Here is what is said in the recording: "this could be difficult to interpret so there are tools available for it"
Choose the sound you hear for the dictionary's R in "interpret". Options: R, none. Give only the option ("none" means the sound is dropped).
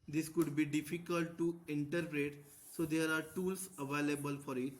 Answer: R